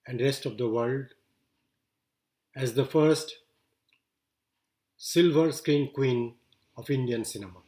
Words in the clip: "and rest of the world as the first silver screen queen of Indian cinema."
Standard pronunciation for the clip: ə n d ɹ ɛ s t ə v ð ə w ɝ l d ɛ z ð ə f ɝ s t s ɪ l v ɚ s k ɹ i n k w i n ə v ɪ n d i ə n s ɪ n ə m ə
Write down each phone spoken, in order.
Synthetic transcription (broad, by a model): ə n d ɹ ɛ s t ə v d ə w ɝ l d ɛ z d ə f ɝ s t s ɪ l v ɚ s k ɹ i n k w i n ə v ɪ n d i ə n s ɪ n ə m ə